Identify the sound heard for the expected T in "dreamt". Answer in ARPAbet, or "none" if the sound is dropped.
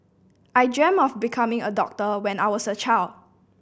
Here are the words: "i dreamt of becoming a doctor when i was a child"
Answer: none